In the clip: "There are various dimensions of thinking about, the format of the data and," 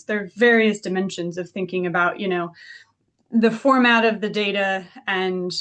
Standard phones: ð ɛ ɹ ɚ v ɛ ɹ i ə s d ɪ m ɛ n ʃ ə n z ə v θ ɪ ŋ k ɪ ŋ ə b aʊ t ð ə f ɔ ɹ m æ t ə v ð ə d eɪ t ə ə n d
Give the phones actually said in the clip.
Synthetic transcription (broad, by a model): ð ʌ ɹ v ɛ ɹ i ə s d ɪ m ɛ n ʃ ə n z ə v θ ɪ ŋ k ɪ ŋ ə b aʊ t ð ə f ɔ ɹ m æ t ə v ð ə d eɪ t ə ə n